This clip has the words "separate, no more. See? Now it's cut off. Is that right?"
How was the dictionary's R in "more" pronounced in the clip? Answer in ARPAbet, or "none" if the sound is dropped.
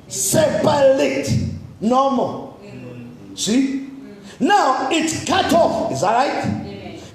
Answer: L